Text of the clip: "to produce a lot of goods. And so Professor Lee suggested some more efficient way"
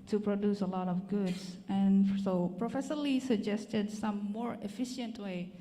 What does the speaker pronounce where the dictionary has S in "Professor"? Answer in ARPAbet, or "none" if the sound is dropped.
SH